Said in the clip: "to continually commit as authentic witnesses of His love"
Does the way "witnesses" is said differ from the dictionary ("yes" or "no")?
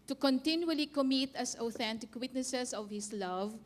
yes